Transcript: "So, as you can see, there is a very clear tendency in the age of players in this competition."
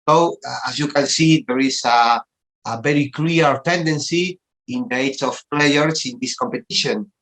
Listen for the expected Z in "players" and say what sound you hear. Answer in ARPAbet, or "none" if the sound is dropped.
S